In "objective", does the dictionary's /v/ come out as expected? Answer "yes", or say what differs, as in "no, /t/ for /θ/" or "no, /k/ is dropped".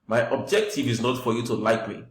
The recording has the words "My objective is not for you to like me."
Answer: yes